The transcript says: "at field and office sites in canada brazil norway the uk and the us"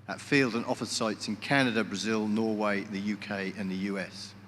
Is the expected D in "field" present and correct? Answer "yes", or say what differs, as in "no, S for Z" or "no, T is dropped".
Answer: yes